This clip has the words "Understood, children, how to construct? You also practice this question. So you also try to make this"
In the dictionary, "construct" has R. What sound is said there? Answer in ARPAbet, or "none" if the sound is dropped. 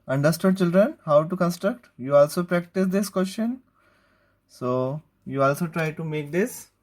R